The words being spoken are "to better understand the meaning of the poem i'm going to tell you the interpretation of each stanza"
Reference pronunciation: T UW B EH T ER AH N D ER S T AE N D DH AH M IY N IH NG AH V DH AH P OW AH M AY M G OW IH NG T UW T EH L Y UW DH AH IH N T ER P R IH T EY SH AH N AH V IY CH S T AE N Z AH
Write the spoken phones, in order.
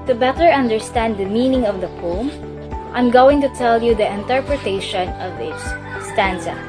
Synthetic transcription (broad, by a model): T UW B EH T ER AH N D ER S T AE N D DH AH M IY N IH NG AH V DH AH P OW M AY M G OW IH NG T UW T EH L Y UW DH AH IH N T ER P R IH T EY SH AH N AH V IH S S T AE N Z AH